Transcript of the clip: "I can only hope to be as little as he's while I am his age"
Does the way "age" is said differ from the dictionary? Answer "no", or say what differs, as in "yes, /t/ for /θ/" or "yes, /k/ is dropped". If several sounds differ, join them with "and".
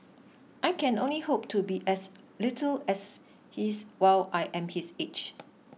yes, /tʃ/ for /dʒ/